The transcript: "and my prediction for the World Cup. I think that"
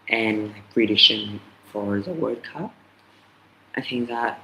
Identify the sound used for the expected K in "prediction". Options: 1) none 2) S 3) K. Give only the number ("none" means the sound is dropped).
1